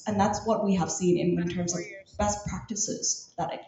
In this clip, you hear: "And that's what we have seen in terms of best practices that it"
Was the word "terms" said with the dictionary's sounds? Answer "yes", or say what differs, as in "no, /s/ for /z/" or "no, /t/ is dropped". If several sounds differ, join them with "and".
yes